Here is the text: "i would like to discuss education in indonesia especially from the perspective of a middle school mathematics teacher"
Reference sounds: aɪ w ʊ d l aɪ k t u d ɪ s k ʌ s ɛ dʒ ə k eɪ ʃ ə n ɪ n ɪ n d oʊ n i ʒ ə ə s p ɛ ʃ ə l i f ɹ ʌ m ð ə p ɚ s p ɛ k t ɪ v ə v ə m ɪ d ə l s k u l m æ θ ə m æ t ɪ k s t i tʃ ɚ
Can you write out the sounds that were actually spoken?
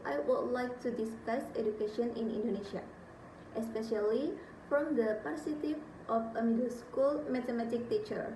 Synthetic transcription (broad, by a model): aɪ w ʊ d l aɪ k t u d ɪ s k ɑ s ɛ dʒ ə k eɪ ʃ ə n ɪ n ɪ n d oʊ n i ʃ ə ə s p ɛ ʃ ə l i f ɹ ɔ m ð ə p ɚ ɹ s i t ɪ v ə f ə m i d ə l s k u l m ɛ t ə m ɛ t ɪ k t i tʃ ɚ